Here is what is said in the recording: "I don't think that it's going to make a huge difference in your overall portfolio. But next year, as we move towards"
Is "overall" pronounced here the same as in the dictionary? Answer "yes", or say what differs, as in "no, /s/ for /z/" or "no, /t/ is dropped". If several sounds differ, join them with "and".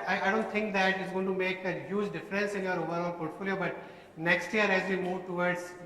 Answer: no, /n/ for /l/